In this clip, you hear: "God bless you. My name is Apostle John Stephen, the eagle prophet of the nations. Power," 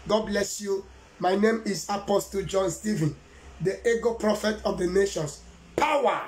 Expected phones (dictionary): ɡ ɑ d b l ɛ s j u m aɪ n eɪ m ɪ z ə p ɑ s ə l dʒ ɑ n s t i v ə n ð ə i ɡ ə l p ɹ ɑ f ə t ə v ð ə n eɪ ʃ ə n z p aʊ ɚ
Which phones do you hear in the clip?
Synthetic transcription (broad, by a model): ɡ ɑ d b l ɛ s j u m aɪ n eɪ m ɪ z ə p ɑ s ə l dʒ ɑ n s t i v ə n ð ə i ɡ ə p ɹ ɑ f ə t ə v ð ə n eɪ ʃ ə n s p aʊ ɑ